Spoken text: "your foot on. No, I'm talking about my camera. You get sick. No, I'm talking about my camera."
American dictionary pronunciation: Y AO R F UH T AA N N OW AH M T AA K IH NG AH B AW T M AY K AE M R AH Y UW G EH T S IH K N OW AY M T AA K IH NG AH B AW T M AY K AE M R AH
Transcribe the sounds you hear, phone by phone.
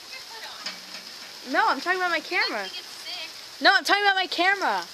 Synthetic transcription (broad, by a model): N AO UH AA AH M T AA K IH NG AH B AW T M AY K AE M R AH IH N OW AY M T AA K IH NG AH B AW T M AY K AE M R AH